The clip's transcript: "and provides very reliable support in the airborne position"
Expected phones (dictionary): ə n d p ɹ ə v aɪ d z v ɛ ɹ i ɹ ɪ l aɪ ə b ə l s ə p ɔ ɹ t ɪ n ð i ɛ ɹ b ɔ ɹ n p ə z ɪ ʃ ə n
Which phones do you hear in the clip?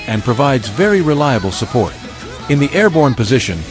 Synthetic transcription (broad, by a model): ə n p ɹ ə v aɪ d z v ɛ ɹ i ɹ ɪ l aɪ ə b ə l s ə p ɔ ɹ t ɪ n ð i ɛ ɹ b ɔ ɹ n p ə z ɪ ʃ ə n